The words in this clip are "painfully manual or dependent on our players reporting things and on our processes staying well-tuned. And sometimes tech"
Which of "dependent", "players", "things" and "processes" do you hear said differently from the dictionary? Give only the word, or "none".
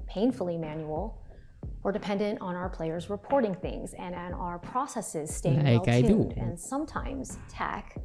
none